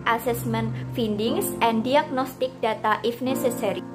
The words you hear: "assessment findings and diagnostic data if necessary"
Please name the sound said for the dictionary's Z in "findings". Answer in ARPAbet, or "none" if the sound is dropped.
S